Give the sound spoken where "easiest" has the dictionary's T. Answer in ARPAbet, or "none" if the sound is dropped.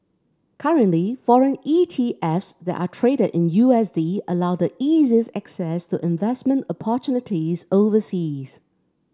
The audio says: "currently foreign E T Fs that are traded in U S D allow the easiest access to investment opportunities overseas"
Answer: none